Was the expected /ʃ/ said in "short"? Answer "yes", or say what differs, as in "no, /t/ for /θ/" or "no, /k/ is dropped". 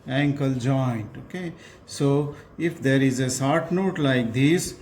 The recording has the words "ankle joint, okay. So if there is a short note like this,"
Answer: no, /s/ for /ʃ/